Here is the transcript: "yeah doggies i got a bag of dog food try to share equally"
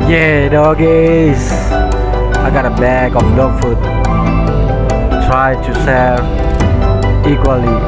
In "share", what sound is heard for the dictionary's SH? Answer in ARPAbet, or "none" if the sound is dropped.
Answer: S